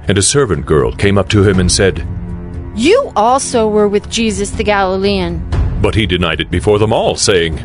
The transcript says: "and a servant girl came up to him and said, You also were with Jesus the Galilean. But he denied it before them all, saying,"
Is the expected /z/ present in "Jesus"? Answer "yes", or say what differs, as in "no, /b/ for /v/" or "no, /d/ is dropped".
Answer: yes